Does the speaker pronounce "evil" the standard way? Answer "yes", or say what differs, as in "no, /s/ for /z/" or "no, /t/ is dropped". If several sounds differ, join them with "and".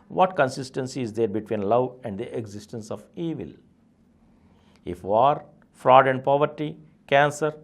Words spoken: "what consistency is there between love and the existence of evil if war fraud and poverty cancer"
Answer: yes